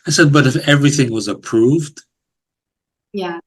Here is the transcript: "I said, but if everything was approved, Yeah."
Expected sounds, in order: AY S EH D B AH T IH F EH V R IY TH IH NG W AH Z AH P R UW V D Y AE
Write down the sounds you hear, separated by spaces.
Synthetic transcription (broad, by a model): AY S EH D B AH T IH F EH V R IY TH IH NG W AH Z AH P R UW V D Y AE